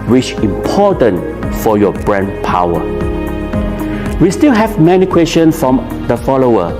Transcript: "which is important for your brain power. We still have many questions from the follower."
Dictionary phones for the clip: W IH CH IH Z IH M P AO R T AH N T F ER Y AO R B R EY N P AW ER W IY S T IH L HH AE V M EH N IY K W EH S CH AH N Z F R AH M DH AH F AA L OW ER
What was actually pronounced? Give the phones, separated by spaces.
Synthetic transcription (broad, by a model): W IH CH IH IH M P AO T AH N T F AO Y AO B R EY N P AW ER W IY S T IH L HH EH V M EH N IY K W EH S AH N F R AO M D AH F AA L OW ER